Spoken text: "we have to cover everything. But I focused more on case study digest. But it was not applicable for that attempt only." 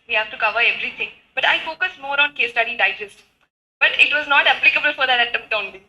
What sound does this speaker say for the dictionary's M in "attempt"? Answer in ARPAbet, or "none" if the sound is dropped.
none